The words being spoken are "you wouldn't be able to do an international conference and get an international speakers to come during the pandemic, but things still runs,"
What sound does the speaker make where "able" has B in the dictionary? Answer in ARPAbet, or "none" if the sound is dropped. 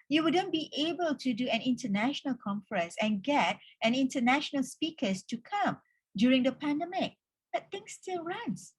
B